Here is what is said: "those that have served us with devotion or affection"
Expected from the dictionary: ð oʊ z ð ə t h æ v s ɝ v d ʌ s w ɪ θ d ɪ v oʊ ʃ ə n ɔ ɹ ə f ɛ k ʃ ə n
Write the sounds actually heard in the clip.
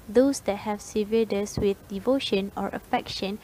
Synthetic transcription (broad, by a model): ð oʊ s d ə t h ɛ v s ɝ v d ʌ s w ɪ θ d ɪ v oʊ ʃ ə n ɔ ɹ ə f ɛ k ʃ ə n